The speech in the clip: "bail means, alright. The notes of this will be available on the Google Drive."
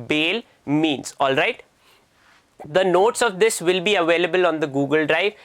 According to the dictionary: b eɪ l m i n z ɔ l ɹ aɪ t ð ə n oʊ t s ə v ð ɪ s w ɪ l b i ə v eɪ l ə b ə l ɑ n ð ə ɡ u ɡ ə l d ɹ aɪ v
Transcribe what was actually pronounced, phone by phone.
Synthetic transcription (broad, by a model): b eɪ l m i n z ɔ l ɹ aɪ t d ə n oʊ t s ə v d ɪ s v ɪ l b i ə v eɪ l ə b ə l ɑ n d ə ɡ u ɡ ə l d ɹ aɪ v